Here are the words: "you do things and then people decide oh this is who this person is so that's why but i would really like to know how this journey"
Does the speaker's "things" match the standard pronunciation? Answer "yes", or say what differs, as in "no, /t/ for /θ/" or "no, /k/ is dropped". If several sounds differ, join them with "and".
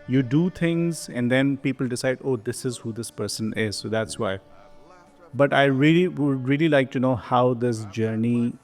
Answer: no, /t/ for /θ/